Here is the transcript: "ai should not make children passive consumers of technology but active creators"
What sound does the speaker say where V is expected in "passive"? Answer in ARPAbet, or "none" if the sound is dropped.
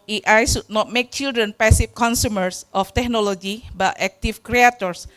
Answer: F